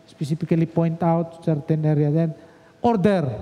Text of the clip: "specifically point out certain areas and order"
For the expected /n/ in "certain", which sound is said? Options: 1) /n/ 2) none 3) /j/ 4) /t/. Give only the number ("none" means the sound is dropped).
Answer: 1